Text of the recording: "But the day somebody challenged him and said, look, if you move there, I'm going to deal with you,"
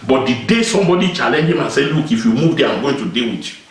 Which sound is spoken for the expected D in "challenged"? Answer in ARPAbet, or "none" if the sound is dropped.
none